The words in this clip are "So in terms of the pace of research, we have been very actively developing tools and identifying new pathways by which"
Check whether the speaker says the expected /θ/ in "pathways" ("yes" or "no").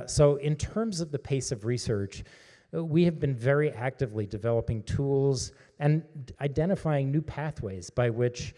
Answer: yes